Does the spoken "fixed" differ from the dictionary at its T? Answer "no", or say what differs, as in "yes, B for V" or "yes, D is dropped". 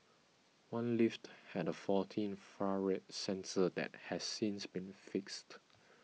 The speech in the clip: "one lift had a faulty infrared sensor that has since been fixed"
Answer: no